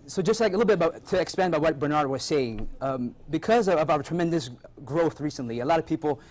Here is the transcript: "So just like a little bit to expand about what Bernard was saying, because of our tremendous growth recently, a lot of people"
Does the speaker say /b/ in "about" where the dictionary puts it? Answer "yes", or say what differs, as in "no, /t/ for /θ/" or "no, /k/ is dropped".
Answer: no, /b/ is dropped